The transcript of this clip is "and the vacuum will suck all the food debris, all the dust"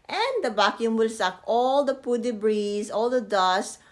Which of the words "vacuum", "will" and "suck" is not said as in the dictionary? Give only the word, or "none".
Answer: vacuum